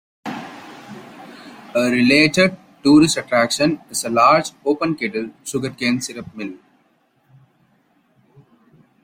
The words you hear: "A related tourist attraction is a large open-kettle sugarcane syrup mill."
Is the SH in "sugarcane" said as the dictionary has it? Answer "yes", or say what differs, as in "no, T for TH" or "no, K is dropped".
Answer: no, S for SH